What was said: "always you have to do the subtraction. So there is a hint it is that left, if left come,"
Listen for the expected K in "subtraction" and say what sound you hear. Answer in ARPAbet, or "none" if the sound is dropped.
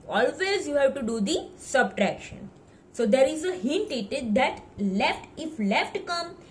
K